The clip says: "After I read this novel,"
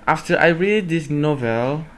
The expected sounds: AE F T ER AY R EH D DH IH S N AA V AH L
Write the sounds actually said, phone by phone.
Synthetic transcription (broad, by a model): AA F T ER AY R EH D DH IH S N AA V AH L